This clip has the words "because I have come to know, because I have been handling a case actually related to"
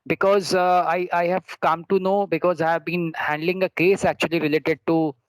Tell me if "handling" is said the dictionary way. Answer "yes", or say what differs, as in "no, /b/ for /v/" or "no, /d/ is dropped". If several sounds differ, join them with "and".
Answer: yes